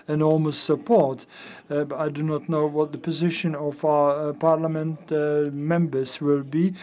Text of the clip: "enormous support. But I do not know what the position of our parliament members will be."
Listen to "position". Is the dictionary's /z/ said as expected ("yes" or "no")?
yes